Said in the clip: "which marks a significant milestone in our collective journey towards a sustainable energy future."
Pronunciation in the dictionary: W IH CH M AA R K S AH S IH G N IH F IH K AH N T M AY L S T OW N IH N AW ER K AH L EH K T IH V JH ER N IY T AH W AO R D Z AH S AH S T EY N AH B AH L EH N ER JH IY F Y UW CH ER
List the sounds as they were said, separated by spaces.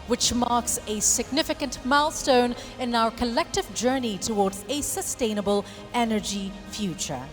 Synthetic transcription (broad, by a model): W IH CH M AA R K S AH S IH G N IH F IH K AH N T M AY L S T OW N IH N AW ER K AH L EH K T IH V JH ER N IY T AH W AO R D Z AH S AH S T EY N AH B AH L EH N ER JH IY F Y UW CH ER